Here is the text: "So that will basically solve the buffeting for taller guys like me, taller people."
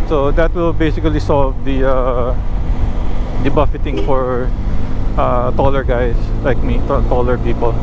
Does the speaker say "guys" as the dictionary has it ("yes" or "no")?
no